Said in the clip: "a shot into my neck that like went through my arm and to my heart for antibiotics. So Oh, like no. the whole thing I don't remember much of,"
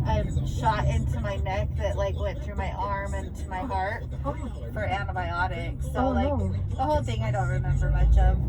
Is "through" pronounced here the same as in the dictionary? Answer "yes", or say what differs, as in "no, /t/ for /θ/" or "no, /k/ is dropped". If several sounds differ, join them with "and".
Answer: yes